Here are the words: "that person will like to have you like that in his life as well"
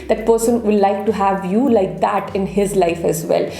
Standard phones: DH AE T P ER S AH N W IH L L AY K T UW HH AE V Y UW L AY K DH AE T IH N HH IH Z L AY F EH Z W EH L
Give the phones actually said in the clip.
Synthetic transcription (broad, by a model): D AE T P ER S AH N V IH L L AY K T UW HH AE V Y UW L AY K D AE T IH N HH IH Z L AY F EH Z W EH L